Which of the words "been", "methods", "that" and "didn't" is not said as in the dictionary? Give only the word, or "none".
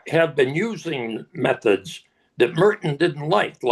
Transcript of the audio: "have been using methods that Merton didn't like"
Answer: none